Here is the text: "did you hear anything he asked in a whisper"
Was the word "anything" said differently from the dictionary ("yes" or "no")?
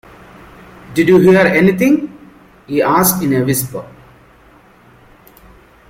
yes